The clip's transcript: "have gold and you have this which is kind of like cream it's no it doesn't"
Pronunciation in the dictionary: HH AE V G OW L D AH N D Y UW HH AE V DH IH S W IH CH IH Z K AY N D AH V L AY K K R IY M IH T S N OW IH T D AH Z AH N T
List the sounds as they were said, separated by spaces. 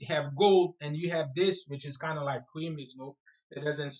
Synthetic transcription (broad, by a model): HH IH V G OW L D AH N Y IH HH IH V DH IH S W IH CH IH Z K AY N D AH L AY K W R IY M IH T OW IH T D AH Z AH N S